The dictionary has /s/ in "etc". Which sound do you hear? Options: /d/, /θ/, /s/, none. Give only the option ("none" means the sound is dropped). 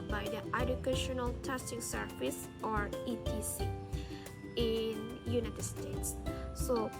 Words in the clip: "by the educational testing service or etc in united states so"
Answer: none